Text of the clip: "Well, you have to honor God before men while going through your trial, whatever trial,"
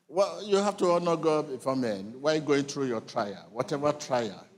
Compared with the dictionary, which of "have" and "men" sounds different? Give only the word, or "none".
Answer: have